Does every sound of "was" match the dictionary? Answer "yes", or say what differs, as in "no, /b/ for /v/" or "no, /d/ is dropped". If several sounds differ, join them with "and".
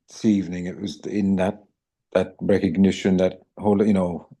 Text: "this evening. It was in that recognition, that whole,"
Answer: yes